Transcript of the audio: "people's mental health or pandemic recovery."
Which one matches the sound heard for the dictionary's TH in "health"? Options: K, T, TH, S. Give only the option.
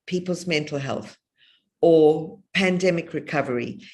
TH